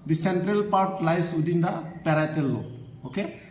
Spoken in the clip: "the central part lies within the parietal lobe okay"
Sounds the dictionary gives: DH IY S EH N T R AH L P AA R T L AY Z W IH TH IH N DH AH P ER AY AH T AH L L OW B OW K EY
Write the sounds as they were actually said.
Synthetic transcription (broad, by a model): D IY S EH N T R AH L P AA R T L AY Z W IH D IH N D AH P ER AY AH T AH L L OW OW K EY